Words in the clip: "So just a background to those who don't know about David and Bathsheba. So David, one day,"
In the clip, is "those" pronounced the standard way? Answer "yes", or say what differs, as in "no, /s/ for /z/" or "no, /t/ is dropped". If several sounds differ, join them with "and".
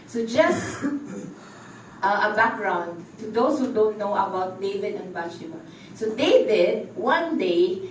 no, /s/ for /z/